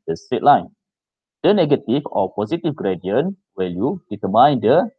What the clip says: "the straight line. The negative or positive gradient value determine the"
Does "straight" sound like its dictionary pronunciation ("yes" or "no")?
no